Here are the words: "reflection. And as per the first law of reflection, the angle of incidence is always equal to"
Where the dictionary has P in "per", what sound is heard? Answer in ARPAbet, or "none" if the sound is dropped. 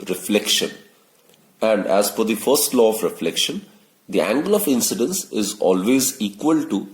F